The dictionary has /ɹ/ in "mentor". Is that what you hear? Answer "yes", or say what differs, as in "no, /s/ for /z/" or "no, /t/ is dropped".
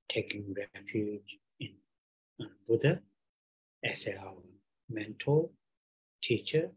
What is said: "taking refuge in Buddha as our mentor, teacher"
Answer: no, /l/ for /ɹ/